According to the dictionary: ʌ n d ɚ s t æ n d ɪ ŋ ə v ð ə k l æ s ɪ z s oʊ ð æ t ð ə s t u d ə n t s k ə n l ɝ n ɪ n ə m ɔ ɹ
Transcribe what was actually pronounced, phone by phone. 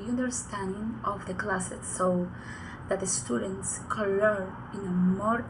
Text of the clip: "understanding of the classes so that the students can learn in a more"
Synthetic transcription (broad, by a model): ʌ n d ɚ s t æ n d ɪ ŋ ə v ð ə k l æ s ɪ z s oʊ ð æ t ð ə s t u d ə n t s k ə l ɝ ɪ n ə m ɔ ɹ